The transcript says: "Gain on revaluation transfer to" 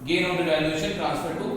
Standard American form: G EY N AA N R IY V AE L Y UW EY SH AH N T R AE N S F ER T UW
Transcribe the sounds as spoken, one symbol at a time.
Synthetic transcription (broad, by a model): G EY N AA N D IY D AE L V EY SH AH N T R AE N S P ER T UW